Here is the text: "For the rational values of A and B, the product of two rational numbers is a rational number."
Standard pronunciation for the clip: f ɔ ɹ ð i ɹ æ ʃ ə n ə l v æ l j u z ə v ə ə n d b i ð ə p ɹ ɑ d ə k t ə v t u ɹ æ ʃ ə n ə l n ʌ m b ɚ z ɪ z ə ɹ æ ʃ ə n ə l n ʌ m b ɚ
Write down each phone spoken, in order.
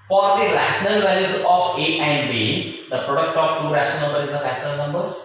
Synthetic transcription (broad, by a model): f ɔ ɹ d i ɹ æ ʃ ə n ə l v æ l j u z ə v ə ə n d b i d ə p ɹ ɑ d ə k t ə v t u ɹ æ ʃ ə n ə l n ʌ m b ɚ ɪ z ə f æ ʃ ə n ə l n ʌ m b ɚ